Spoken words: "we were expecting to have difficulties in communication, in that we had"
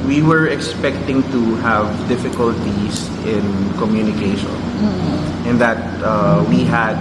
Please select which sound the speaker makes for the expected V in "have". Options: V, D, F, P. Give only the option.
V